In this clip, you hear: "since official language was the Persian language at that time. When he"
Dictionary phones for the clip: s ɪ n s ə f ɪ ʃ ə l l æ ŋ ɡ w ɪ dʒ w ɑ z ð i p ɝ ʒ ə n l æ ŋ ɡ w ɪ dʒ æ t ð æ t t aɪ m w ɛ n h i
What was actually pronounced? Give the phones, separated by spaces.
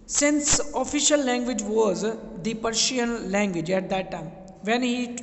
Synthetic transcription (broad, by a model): s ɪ n s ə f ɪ ʃ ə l l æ ŋ ɡ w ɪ dʒ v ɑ z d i p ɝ ʃ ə n l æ ŋ ɡ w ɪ dʒ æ t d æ t t aɪ m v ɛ n h i